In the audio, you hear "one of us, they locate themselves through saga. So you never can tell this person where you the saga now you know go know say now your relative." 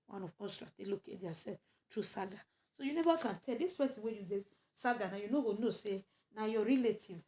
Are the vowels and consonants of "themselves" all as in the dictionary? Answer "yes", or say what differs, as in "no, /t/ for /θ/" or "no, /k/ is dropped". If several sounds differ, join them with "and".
no, /m/ is dropped